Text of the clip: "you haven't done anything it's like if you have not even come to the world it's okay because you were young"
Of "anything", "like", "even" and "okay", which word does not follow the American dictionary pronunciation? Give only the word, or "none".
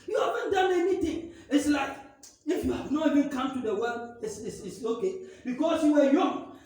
anything